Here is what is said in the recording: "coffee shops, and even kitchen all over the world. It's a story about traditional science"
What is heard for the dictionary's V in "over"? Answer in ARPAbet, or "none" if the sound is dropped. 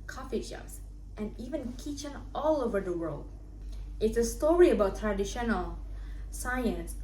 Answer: V